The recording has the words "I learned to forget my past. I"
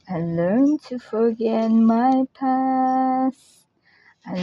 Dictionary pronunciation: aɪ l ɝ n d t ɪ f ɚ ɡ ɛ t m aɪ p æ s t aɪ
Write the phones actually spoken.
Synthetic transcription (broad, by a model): aɪ l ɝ n t ɪ f ɚ ɡ ɛ t m aɪ p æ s aɪ